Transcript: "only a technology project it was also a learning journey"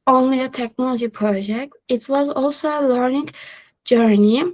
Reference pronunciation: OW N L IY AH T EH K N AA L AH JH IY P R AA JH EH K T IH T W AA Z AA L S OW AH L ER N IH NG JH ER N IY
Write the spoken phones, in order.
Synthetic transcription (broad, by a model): OW N L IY AH T EH K N AA L AH JH IY P R AA JH EH K T IH T W AA Z AA L S OW AH L ER N IH NG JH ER N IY